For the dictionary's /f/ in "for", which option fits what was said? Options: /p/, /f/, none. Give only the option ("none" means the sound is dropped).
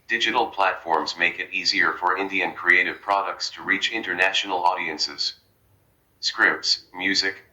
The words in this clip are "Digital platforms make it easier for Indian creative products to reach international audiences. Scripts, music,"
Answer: /f/